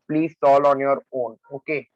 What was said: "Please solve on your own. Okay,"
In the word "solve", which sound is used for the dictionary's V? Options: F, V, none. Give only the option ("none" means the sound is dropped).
none